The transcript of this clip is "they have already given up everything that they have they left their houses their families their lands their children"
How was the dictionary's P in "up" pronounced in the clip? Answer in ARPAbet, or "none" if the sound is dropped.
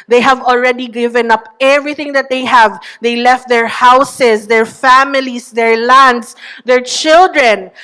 P